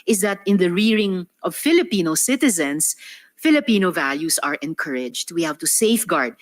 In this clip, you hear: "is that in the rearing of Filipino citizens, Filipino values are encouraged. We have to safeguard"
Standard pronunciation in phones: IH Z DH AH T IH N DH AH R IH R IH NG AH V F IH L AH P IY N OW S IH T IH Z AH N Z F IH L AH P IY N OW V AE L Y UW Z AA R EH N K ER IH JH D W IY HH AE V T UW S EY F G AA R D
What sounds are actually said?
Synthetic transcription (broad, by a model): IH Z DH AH T IH N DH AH R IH R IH NG AH V F IH L AH P IY N OW S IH T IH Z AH N S F IH L AH P IY N OW V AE L Y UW S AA R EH N K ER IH JH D W IY HH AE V T UW S EY F G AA R D